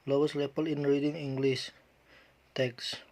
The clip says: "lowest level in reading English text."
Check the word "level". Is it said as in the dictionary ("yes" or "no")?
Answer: no